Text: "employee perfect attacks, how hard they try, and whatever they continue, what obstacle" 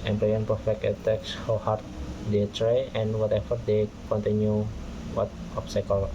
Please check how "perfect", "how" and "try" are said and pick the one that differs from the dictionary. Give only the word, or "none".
perfect